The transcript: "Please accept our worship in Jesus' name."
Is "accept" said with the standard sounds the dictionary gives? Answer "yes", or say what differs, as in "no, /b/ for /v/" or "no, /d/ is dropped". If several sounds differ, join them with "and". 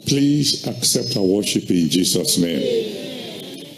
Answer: yes